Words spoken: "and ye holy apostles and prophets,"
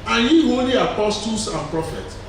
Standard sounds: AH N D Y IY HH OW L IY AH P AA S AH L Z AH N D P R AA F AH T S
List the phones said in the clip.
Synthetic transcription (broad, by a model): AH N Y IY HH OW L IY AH P AA S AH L S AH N P R AA F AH T